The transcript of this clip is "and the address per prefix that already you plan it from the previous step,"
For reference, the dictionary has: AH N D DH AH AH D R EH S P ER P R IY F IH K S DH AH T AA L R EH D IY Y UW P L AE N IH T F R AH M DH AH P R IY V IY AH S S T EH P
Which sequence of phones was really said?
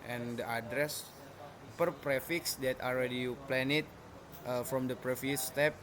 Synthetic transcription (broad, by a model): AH N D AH AH D R EH S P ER P R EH F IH K S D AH T AA L R EH D IY Y UW P L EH N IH T F R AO M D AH P R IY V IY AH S S T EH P